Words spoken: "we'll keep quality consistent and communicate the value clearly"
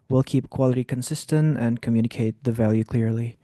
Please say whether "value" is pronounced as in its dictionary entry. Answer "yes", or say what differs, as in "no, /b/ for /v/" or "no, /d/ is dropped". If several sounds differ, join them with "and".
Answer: yes